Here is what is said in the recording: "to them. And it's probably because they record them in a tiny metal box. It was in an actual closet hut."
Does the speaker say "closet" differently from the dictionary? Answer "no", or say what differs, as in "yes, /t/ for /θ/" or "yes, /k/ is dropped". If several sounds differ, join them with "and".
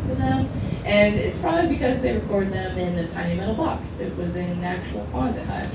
yes, /l/ is dropped